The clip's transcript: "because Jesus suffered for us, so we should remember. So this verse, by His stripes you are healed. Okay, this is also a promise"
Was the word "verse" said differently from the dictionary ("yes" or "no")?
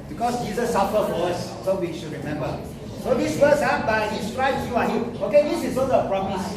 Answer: yes